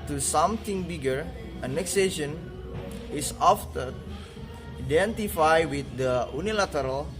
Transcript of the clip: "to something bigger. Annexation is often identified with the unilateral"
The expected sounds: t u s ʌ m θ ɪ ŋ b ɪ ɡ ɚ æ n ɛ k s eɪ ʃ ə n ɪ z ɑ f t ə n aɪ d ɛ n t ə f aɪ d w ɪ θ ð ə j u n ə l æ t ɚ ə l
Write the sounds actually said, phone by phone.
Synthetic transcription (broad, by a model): t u s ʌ m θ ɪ ŋ b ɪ ɡ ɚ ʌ n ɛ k s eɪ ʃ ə n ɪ s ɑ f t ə aɪ d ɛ n t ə f aɪ w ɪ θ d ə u n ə l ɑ t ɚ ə l